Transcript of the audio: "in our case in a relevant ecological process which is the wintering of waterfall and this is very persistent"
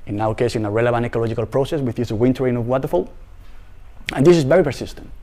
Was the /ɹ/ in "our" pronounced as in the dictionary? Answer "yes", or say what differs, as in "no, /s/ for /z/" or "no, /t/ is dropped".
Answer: no, /w/ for /ɹ/